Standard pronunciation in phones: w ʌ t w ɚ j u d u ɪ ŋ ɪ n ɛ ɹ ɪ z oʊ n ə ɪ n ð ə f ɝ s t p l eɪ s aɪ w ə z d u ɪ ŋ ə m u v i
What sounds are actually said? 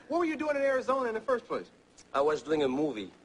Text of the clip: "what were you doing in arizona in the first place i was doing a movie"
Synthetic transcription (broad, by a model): w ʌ t w ɚ j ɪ d u ɪ ŋ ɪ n ɛ ɹ ɪ z oʊ n ə ɪ n ð ə f ɝ s t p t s aɪ w ə z d u ɪ ŋ ə m u v i